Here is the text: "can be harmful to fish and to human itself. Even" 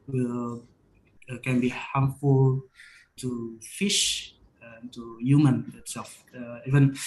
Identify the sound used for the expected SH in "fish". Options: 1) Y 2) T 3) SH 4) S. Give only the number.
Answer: 3